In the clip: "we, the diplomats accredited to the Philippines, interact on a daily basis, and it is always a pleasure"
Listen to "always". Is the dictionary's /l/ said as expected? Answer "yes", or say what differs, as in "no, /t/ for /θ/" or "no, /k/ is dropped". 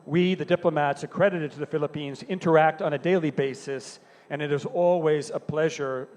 yes